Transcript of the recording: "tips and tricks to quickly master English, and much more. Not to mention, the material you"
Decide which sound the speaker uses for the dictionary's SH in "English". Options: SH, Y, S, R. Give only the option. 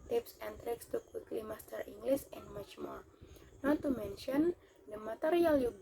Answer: S